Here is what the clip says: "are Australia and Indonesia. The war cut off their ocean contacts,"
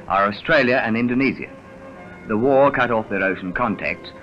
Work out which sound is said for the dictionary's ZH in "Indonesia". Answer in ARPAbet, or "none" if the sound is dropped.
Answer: Z